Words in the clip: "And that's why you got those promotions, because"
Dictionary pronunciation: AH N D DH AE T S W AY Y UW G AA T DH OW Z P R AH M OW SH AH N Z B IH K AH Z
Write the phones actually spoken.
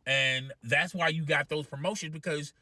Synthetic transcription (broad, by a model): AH N DH AE T S W AY Y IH G AA T DH OW Z P R AH M OW SH AH N Z B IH K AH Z